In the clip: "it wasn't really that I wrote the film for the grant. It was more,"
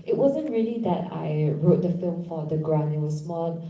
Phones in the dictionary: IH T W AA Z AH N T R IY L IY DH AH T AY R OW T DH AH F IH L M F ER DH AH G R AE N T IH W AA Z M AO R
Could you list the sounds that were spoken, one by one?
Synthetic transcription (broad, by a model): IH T W AA Z AH N T R IY L IY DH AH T AY R OW T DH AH F IH L M F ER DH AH G R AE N IH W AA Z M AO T